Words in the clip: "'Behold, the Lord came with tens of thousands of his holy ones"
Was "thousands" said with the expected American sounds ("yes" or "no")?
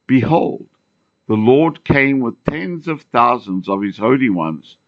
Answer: yes